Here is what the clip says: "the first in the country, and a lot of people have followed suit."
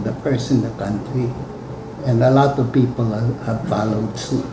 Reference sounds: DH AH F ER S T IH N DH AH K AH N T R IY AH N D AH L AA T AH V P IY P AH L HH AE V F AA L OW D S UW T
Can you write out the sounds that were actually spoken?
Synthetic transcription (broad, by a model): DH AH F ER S IH N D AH K AH N T R IY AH N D AH L AA T AH V P IY P AH L HH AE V F AA L OW D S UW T